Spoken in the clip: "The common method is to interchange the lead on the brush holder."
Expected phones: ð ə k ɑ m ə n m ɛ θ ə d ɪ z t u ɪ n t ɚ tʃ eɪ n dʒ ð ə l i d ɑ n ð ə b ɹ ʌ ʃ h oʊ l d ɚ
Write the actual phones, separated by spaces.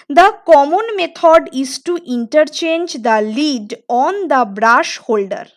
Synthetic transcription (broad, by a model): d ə k ɑ m ə n m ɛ t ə d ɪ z t u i n t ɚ tʃ eɪ n dʒ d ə l i d ɑ n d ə b ɹ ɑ ʃ h oʊ l d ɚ